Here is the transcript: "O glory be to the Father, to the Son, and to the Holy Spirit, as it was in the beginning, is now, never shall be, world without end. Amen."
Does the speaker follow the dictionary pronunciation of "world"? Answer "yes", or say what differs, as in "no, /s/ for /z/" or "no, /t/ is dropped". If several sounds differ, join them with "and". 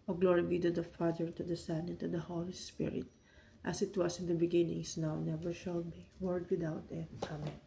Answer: no, /l/ is dropped